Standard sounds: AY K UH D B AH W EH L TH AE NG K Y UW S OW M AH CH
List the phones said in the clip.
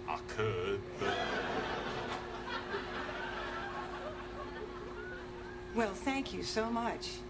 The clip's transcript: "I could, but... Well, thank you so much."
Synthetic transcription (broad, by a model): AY K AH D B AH W EH L TH AE NG K Y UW S OW M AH CH